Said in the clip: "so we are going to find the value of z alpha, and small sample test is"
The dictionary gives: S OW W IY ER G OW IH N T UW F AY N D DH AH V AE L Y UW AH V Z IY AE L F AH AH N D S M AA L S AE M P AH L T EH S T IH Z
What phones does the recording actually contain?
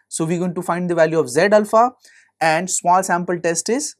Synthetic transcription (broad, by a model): S OW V IY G OW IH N T UW F AY N D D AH V AE L Y UW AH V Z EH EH L F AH AH N D S M AA L S AE M P AH L T EH S T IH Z